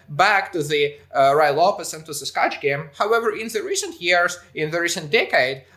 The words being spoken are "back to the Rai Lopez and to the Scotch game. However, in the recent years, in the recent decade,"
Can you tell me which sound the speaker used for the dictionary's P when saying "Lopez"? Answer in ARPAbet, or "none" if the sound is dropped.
F